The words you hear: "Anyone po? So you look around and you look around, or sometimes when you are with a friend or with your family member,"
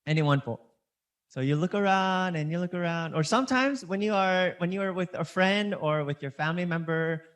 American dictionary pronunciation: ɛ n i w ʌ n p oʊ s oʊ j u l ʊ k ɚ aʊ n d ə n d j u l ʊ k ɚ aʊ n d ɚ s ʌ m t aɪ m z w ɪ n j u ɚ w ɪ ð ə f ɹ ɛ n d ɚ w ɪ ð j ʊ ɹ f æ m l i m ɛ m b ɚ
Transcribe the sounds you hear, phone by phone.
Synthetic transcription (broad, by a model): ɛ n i w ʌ n f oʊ s oʊ j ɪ l ʊ k ɚ aʊ n d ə n j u l ʊ k ɚ aʊ n d ɚ s ʌ m t aɪ m z w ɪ n j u ɚ w ɪ ð ə f ɹ ɛ n d ɚ w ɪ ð j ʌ ɹ f æ m l i m ɛ m b ɚ